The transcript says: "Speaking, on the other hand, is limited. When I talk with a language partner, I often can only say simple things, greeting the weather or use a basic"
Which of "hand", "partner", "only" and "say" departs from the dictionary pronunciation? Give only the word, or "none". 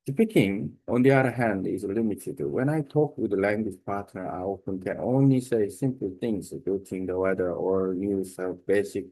none